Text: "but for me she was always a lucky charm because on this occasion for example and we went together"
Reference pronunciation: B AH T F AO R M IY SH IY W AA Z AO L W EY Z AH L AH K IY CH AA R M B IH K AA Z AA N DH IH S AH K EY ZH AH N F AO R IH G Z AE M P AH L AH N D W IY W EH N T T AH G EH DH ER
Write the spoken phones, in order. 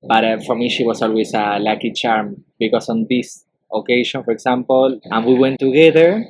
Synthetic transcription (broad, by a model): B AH T F AO R M IY SH IY W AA S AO L W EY S AH L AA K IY CH AA R M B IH K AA S AA N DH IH S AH K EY SH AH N F AO R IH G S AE M P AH L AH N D W IY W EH N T T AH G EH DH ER